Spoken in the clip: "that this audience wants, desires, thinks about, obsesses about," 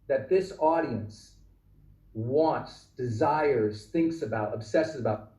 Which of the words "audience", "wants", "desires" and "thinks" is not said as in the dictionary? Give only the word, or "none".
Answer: none